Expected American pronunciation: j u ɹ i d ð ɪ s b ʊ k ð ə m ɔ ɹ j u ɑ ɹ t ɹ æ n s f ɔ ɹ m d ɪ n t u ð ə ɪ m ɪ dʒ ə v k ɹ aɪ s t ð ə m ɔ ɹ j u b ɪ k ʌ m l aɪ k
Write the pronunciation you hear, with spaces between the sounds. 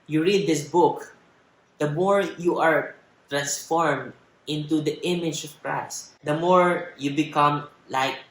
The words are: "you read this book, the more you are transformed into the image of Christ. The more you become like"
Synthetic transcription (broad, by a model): j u ɹ i d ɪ s b ʊ k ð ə m ɔ ɹ j u ɑ ɹ t ɹ æ n s f ɔ ɹ m d ɪ n t u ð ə ɪ m ɪ dʒ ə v k ɹ aɪ s t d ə m ɔ ɹ j u b ɪ k ʌ m l aɪ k